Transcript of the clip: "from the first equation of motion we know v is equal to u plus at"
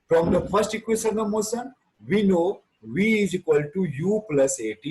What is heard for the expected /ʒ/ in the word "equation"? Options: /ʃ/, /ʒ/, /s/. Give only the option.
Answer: /s/